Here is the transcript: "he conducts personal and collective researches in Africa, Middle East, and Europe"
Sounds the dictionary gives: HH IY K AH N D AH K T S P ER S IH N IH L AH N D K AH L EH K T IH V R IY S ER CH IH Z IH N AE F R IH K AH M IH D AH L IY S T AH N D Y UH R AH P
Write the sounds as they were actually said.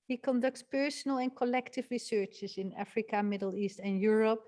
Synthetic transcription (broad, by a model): HH IY K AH N D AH K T S P ER S IH N IH L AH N K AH L EH K T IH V R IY S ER CH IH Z IH N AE F R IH K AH M IH D AH L IY S T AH N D Y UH R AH P